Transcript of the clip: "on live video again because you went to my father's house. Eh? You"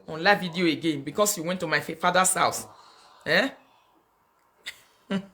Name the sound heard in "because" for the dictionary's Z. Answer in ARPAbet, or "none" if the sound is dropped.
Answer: S